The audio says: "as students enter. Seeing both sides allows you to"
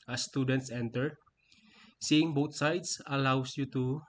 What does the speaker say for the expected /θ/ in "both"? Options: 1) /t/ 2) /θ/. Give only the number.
1